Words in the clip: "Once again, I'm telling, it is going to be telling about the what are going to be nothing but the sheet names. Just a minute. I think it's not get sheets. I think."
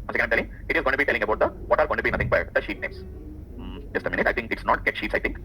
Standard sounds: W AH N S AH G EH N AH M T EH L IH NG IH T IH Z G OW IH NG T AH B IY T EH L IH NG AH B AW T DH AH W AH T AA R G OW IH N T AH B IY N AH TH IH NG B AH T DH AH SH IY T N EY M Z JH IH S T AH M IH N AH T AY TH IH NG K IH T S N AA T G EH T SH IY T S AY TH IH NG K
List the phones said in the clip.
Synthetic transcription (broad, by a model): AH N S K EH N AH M T EH L IH NG IH T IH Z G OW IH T B IY T EH L IH NG AH B AW T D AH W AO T AA R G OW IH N T AH B IY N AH T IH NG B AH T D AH SH IY T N EY M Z JH IH S T AH M IH N AH T AY T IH NG K IH T S N AA T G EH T SH IY T S AY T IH NG K